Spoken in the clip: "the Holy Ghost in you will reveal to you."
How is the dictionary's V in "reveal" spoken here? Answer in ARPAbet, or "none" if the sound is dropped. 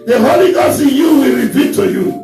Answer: P